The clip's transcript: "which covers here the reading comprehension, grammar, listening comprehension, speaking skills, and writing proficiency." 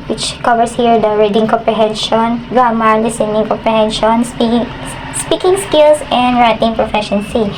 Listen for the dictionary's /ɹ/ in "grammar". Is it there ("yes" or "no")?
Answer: no